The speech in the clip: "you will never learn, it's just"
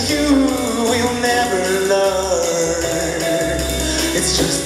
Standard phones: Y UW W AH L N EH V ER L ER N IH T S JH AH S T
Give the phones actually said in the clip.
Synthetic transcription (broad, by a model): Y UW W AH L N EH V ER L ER IH T S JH AH S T